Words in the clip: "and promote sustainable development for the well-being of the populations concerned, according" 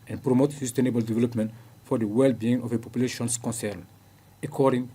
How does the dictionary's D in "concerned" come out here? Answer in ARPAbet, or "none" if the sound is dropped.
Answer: none